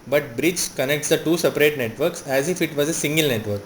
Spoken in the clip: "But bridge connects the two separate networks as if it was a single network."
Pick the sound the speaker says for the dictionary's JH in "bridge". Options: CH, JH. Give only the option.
CH